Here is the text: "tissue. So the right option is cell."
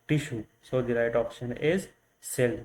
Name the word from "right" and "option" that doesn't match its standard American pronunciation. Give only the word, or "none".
none